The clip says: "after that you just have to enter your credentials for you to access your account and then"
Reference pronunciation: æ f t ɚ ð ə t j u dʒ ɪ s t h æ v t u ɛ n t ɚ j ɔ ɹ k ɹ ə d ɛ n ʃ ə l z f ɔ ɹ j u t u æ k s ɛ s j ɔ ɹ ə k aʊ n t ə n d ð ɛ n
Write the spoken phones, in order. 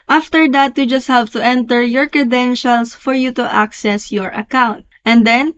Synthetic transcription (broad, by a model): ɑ f t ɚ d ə t j u dʒ ɪ s t h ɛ p t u ɛ n t ɚ j ɔ ɹ k ɹ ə d ɛ n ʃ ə l s f ɔ ɹ j u t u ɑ k s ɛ s j ɔ ɹ ə k aʊ n t ə n d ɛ n